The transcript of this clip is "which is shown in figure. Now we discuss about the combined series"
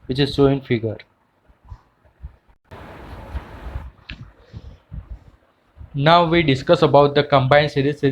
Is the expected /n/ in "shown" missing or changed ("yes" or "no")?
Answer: yes